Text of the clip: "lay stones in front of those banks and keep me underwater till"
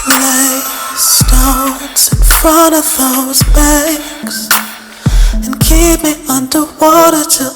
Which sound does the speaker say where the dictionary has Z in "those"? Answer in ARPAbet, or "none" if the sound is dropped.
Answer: Z